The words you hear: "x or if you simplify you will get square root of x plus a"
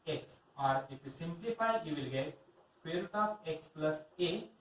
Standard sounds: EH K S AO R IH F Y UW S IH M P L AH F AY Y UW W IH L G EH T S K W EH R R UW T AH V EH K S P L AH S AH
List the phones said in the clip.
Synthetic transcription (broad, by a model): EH K S AO R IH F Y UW S IH M P L AH F AY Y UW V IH L G EH T S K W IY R R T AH P EH K S P L AH S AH